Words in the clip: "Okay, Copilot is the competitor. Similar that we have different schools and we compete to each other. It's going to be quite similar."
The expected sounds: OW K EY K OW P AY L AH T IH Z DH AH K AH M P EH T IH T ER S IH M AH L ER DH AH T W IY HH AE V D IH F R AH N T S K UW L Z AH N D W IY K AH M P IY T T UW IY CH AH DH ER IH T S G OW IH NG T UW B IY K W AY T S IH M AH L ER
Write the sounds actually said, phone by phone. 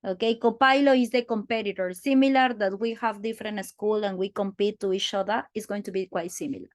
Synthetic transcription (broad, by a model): OW K EY K OW P AY L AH IH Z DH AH K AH M P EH T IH T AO S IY M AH L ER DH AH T W IY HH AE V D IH F R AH N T S K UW L AH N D W IY K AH M P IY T T UW IY CH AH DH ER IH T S G OW IH NG T UW B IY K W AY T S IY M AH L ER